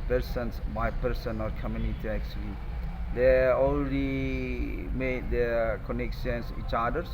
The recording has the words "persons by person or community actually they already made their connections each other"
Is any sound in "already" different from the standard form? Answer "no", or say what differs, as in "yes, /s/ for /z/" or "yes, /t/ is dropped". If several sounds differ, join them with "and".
yes, /l/ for /ɹ/